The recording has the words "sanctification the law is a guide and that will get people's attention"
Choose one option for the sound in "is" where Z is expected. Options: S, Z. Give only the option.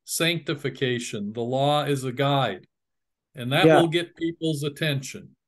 Z